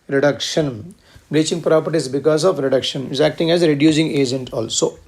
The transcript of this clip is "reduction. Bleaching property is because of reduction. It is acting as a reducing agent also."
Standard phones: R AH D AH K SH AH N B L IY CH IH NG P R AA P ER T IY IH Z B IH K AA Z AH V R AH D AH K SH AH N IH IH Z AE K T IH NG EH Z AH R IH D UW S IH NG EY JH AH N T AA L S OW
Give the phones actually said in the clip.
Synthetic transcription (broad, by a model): R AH D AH K SH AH N B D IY CH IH NG P R AA P ER T IY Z B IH K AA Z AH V R AH D AH K SH AH N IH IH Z AE K T IH NG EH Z R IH D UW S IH NG EY JH AH N T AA L S OW